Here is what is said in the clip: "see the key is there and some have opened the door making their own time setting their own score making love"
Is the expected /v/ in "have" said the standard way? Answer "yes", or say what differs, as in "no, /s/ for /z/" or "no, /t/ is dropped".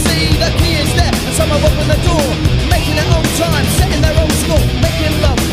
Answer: no, /w/ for /v/